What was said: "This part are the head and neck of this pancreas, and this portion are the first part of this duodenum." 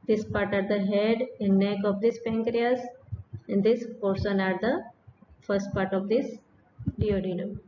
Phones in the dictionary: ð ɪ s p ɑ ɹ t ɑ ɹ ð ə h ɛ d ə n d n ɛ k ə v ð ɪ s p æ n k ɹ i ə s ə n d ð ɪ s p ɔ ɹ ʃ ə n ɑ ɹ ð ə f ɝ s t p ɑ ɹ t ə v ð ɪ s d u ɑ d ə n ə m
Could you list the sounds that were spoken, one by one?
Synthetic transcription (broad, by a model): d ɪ s p ɑ ɹ t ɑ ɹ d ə h ɛ d ə n d n ɛ k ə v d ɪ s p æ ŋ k ɹ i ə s ə n d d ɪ s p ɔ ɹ s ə n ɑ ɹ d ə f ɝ s t p ɑ ɹ t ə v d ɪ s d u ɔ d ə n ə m